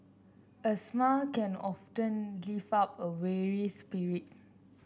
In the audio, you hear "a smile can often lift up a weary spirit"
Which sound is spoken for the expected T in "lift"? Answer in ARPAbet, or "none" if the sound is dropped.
none